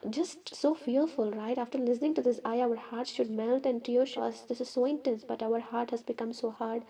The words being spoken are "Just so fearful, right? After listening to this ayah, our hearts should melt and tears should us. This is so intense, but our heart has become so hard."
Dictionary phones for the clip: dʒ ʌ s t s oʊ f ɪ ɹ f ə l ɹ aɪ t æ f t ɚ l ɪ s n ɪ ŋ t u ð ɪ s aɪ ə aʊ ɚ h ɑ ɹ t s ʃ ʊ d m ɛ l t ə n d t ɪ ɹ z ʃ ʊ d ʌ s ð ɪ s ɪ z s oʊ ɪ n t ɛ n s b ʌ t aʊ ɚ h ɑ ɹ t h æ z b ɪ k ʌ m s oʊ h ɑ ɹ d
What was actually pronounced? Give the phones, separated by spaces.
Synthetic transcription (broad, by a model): dʒ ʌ s t s oʊ f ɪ ɹ f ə l ɹ aɪ t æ f t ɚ l ɪ s n ɪ ŋ t u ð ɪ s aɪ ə aʊ ɚ h ɑ ɹ t s ʃ ʊ d m ɛ l t ə n d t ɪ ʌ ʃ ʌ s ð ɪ s ɪ z s oʊ ɪ n t ɛ n s b ʌ t aʊ ɚ h ɑ ɹ t h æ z b ɪ k ʌ m s oʊ h ɑ ɹ d